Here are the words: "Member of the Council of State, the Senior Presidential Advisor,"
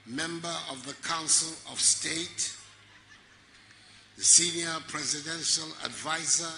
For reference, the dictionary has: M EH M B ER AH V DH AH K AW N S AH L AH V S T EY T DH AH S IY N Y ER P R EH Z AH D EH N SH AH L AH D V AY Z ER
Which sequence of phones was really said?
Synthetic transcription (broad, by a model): M EH M B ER AH V DH AH K AW N S AH L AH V S T EY T DH AH S IY N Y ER P R EH Z AH D EH N SH AH L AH D V AY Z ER